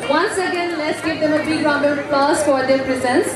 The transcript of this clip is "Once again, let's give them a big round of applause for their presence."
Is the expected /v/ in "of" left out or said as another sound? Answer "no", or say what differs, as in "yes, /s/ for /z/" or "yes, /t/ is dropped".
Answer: yes, /b/ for /v/